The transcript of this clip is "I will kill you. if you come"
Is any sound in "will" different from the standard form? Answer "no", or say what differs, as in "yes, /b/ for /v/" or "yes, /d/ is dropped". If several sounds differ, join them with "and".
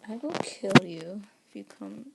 yes, /n/ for /l/